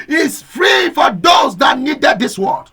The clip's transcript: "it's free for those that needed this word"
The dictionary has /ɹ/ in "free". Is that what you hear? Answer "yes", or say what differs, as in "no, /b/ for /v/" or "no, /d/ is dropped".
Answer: yes